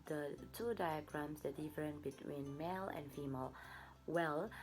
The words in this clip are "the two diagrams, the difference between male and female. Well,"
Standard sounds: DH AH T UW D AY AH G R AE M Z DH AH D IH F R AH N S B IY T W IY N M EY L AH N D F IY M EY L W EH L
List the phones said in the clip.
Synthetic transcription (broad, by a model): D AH T UW D AY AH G R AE M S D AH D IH F R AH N B IY T W IY N M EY L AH N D F IY M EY L W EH L